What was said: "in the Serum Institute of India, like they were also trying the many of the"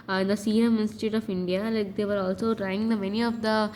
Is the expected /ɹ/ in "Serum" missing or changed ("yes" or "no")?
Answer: yes